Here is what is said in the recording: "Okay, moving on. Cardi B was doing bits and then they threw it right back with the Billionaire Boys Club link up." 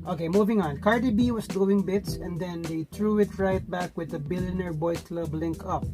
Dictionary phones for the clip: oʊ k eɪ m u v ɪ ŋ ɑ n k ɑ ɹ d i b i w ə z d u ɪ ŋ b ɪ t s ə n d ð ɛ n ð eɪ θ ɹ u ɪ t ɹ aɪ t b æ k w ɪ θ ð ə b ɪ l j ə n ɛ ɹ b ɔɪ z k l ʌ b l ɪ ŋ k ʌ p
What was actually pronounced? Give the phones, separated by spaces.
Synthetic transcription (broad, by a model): oʊ k eɪ m u v ɪ ŋ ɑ n k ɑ ɹ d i b i w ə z d u ɪ ŋ b ɪ t s ə n d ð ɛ n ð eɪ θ ɹ u ɪ t ɹ aɪ t b æ k w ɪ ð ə b ɪ l j ə n ɛ ɹ b ɔɪ k l ʌ b l ɪ ŋ k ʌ p